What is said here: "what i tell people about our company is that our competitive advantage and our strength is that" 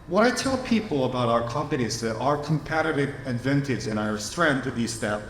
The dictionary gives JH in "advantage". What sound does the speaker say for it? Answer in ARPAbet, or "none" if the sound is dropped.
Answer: Z